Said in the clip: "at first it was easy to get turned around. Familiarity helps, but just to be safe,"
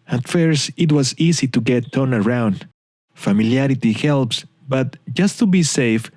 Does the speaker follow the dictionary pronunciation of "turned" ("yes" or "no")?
no